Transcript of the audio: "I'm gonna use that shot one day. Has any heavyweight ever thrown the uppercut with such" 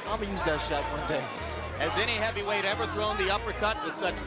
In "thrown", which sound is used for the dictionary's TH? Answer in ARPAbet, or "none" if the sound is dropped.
TH